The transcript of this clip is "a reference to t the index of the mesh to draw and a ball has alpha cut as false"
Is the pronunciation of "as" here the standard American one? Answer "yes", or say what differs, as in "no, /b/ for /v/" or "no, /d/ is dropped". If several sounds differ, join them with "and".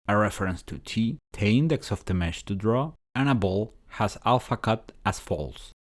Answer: no, /s/ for /z/